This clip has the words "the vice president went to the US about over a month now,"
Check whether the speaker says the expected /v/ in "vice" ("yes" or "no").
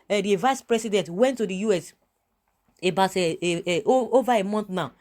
yes